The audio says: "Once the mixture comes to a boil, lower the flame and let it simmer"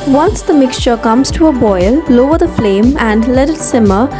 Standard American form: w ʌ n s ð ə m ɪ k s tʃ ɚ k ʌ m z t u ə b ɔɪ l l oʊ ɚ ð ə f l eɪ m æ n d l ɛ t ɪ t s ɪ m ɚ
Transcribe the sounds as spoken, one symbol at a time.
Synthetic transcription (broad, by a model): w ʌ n s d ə m ɪ k s tʃ ɚ k ʌ m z t u ə b ɔɪ l l oʊ ɚ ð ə f l eɪ m æ n d l ɛ t ɪ t s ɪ m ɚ